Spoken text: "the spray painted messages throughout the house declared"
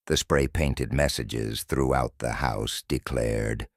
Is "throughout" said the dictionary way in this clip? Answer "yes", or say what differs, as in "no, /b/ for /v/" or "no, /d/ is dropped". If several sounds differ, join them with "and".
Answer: yes